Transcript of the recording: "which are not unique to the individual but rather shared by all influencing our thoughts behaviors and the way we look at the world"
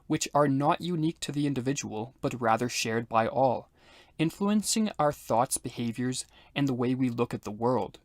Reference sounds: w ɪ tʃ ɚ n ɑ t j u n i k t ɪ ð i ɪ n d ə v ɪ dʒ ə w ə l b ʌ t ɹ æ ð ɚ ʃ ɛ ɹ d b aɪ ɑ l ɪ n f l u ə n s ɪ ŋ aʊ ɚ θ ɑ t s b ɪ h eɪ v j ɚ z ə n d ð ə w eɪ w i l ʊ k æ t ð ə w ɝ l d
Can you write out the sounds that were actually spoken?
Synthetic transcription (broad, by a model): w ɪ tʃ ɚ n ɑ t j u n i k t ɪ ð i ɪ n d ə v ɪ dʒ ə w ə l b ʌ t ɹ æ ð ɚ ʃ ɛ ɹ d b aɪ ɑ l ɪ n f l u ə n s ɪ ŋ aʊ ɚ θ ɑ t s b ɪ h eɪ v j ɚ z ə n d ð ə w eɪ w i l ʊ k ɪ t ð ə w ɝ l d